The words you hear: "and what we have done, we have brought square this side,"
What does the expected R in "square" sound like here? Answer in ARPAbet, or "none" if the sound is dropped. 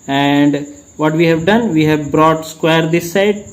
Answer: R